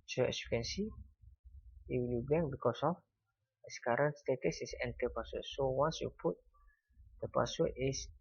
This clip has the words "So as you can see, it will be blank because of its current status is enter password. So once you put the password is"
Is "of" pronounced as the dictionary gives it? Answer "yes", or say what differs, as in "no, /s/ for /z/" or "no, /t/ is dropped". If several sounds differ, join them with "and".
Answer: no, /f/ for /v/